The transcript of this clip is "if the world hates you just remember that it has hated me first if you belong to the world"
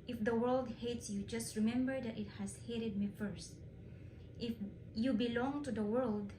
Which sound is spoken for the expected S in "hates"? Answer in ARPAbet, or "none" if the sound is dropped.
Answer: S